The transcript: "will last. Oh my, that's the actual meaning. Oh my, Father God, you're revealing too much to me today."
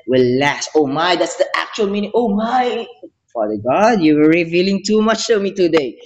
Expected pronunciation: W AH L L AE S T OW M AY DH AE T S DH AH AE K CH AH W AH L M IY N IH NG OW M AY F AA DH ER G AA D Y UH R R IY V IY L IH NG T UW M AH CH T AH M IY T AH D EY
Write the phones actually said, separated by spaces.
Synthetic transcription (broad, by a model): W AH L L AE S T OW M AY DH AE T S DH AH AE K CH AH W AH L M IY N IH NG OW M AY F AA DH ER G AA D Y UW W R IY V IY L IH NG T UW M AH CH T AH M IY T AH D EY